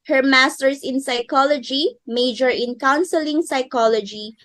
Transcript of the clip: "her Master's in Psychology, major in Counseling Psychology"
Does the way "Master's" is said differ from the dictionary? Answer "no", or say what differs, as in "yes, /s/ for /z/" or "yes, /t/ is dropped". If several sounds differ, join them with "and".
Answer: yes, /s/ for /z/